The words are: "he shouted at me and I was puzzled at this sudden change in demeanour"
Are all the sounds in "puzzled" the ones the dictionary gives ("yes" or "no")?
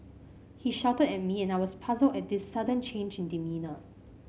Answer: yes